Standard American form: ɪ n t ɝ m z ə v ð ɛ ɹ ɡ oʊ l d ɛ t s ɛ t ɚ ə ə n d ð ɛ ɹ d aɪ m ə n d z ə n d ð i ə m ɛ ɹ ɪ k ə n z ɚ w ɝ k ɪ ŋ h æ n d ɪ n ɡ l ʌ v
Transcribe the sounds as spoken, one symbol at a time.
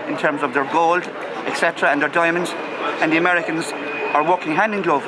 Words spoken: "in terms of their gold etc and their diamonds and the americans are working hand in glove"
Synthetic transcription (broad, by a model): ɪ n t ɝ m z ə v ð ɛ ɹ ɡ oʊ l d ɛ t s ɛ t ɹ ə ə n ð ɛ ɹ d aɪ m ə n d z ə n ð i ə m ɛ ɹ ɪ k ə n z ɚ w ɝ k ɪ ŋ h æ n d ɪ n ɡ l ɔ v